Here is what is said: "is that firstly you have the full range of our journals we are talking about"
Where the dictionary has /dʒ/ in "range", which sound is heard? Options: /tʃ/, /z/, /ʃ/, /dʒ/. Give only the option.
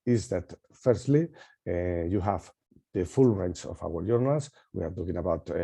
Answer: /tʃ/